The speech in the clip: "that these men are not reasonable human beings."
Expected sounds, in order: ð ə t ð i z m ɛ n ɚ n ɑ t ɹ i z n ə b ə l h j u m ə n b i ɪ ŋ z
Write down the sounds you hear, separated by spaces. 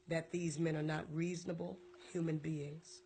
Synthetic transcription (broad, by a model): ð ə t ð i z m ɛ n ɚ n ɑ t ɹ i z n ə b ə l h j u m ə n b i ɪ ŋ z